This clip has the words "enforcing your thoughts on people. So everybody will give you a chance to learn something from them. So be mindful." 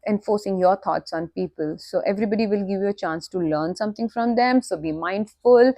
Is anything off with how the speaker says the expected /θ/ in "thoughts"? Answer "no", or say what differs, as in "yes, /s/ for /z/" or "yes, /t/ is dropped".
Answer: yes, /t/ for /θ/